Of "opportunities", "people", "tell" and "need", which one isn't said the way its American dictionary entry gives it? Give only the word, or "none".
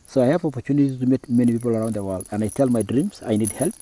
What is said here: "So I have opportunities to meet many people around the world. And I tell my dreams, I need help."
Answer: opportunities